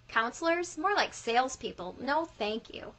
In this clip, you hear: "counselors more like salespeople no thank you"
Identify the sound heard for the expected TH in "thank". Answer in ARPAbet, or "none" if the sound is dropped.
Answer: TH